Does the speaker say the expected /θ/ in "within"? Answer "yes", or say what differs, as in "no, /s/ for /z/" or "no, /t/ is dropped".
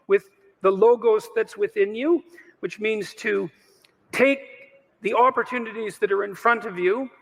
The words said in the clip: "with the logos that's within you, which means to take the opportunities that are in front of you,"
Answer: yes